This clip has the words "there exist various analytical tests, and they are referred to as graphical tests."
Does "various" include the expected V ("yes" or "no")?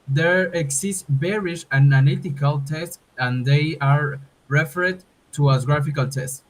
no